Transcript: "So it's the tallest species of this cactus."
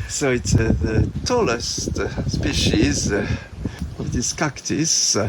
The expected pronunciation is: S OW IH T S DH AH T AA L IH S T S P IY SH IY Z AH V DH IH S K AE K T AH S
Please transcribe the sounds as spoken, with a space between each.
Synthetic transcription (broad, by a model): S OW IH T S DH AH T AA L IH S T S P IY SH IY Z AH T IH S K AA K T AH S